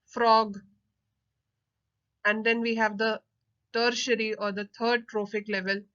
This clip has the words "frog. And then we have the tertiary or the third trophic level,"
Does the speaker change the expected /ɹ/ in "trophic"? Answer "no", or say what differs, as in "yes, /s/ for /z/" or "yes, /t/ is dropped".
no